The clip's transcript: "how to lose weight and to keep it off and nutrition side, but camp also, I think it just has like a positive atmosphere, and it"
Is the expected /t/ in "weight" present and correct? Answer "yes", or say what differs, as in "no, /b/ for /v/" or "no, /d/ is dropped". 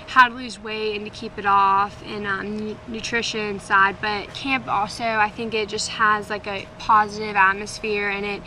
no, /t/ is dropped